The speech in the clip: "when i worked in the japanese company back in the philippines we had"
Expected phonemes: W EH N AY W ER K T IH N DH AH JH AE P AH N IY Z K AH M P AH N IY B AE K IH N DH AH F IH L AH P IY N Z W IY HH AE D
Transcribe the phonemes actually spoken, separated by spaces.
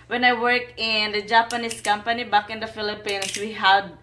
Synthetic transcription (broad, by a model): W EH N AY W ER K IH N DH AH JH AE P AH N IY S K AH M P AH N IY B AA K IH N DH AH F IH L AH P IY N S W IY HH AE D